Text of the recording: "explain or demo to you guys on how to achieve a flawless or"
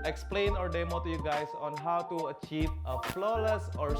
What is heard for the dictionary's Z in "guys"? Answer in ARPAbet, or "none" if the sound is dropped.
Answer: S